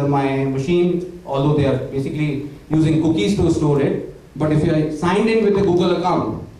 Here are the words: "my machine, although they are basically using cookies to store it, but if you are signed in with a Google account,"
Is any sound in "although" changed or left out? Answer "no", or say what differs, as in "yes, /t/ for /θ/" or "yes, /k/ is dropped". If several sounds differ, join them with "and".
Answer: yes, /ð/ is dropped